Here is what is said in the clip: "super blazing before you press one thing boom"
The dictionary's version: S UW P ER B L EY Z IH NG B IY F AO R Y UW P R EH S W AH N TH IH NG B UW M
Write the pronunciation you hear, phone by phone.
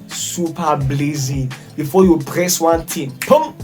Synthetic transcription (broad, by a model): S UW P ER B L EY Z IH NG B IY F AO Y UW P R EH S W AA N T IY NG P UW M